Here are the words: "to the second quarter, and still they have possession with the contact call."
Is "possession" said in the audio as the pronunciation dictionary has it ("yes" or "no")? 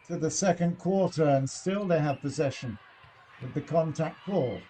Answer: yes